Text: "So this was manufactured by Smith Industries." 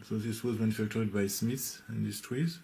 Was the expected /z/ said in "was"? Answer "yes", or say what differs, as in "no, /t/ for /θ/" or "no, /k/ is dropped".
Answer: yes